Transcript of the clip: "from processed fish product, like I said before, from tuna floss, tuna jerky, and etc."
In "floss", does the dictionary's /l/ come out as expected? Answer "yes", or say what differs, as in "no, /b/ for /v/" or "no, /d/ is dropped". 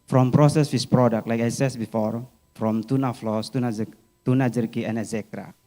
yes